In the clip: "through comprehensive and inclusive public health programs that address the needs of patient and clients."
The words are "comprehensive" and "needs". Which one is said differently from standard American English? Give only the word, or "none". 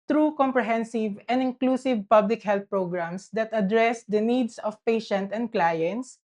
needs